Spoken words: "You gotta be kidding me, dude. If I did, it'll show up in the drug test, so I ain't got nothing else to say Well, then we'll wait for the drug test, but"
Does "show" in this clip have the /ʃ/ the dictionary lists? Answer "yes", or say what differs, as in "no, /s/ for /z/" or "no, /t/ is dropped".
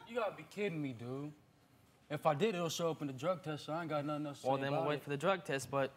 no, /s/ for /ʃ/